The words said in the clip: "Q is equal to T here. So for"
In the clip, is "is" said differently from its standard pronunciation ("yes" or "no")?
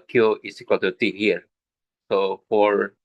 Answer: yes